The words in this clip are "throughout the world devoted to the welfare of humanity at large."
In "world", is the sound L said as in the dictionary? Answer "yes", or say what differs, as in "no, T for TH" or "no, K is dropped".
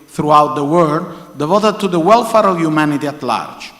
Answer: no, L is dropped